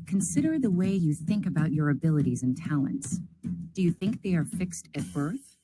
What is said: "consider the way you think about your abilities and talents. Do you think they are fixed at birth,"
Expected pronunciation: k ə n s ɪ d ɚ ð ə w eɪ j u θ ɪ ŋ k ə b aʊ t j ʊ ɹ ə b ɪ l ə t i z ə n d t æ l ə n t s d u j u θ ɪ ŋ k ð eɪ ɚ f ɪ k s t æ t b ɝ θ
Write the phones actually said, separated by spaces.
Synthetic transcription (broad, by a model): k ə n s ɪ d ɚ ð ə w eɪ j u θ ɪ ŋ k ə b aʊ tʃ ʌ ɹ ə b ɪ l ə t i z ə n t æ l ə n t s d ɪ j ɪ θ ɪ ŋ k ð eɪ ɚ f ɪ k s t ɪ t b ɝ θ